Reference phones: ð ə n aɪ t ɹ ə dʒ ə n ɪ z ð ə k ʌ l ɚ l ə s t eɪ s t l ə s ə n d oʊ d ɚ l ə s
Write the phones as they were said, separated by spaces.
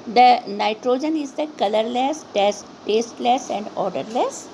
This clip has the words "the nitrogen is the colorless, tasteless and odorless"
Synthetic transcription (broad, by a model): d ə n aɪ t ɹ ə dʒ ə n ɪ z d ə k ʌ l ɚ l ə s t eɪ s t l ə s ə n d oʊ d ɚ l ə s